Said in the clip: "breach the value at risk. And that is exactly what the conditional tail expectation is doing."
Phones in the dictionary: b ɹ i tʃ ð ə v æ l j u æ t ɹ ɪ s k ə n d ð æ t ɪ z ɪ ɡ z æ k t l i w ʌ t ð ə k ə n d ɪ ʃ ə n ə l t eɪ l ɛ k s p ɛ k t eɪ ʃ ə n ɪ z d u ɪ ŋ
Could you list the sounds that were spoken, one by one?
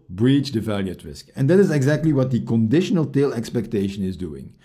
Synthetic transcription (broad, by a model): b ɹ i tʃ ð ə v æ l j u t ɹ ɪ s k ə n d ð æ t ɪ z ɪ ɡ z æ k t l i w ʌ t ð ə k ə n d ɪ ʃ ə n ə l t eɪ l ɛ k s p ɛ k t eɪ ʃ ə n ɪ z d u ɪ ŋ